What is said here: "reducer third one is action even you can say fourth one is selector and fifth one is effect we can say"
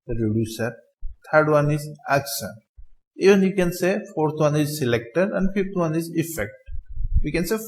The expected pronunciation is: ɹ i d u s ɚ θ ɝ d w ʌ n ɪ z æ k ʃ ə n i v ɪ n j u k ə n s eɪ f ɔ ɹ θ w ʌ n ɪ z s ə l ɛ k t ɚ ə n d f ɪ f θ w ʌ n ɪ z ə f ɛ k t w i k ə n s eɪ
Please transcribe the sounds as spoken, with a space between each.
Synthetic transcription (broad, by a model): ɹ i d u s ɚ t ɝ d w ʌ n ɪ z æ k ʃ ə n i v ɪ n j u k ə n s eɪ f ɔ ɹ t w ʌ n ɪ z s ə l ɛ k t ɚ ə n d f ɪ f t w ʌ n ɪ z ə f ɛ k t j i k ə n s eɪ